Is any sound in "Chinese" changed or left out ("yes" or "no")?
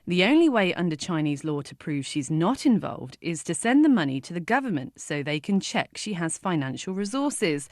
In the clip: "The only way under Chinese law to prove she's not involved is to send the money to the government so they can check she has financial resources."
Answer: no